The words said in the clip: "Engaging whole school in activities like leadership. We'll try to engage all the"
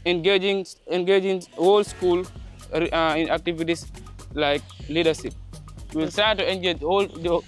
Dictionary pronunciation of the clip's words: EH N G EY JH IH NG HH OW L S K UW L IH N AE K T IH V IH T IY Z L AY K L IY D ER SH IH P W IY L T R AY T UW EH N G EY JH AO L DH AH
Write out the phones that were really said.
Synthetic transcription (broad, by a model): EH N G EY JH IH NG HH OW L S K UW L IH N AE K T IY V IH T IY S L AY K L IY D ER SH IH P W IY L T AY T UW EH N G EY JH AO L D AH